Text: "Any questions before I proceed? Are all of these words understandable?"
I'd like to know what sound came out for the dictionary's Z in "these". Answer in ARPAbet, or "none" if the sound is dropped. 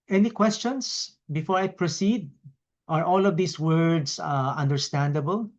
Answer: S